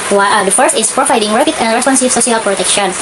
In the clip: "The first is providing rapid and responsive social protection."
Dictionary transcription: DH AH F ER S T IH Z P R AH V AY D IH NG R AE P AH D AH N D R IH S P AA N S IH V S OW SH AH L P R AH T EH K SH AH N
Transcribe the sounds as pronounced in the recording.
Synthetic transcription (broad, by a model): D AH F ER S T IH S P R AH V AY D IH NG R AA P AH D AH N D R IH S P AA N S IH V S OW S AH L P R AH T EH K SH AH N